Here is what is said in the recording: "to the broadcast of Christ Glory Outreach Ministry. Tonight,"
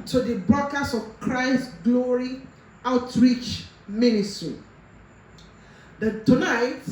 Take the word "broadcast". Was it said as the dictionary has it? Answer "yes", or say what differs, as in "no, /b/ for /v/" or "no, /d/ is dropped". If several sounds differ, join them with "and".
no, /t/ is dropped